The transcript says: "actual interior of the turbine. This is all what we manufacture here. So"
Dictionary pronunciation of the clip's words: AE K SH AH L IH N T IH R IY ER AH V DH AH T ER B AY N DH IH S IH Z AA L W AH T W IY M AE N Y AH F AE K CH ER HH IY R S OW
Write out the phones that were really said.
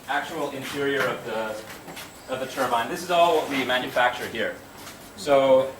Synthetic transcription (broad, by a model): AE K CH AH L IH N T IH R IY ER AH V DH AH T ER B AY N DH IH S IH Z AA L W AH T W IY M AE N Y AH F AE K CH ER HH IY R S OW